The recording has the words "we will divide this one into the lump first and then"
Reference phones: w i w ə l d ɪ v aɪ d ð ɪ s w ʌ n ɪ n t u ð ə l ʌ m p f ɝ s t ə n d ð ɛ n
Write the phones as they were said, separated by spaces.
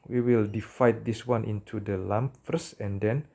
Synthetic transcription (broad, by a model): w i w ə l d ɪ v aɪ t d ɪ s w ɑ n ɪ n t u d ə l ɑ m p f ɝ s ə n d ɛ n